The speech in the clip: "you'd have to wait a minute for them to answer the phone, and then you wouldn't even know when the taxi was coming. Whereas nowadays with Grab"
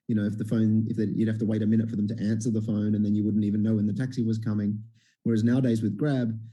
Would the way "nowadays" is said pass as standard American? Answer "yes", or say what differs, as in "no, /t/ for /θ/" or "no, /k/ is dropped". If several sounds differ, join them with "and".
yes